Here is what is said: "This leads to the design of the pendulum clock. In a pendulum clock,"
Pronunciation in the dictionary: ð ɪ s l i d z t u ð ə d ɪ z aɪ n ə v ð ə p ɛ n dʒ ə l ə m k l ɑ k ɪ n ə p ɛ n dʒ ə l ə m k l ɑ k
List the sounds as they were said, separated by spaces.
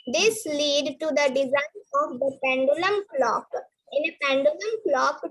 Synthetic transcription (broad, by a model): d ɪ s l i d t u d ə d ɪ z aɪ n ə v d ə p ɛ n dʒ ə l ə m k l ɑ k ɪ n ə p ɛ n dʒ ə l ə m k l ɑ k